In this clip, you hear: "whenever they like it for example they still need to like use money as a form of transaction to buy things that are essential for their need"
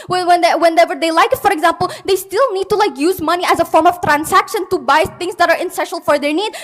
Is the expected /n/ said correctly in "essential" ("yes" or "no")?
no